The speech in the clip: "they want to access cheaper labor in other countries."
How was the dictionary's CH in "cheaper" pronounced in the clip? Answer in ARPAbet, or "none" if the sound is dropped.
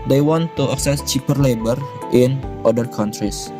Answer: CH